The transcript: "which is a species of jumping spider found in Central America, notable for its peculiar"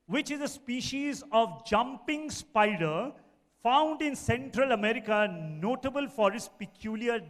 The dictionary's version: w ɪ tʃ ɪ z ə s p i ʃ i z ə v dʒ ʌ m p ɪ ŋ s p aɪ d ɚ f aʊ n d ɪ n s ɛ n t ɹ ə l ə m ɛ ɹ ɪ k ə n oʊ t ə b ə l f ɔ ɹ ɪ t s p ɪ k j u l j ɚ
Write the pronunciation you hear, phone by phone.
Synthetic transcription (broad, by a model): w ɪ tʃ ɪ z ə s p i ʃ i z ə v dʒ ʌ m p ɪ ŋ s p aɪ d ɚ f aʊ n d ɪ n s ɛ n t ɹ ə l ə m ɛ ɹ ɪ k ə n oʊ t ə b ə l f ɔ ɹ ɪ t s p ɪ k j u l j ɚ